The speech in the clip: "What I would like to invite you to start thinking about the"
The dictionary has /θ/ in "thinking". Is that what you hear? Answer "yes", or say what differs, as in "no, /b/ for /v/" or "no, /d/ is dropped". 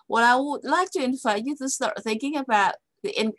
yes